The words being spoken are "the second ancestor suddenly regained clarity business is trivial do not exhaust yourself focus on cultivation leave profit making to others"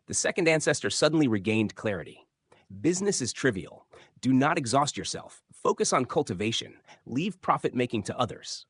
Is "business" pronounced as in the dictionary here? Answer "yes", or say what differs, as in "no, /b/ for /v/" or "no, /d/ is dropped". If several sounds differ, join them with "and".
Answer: yes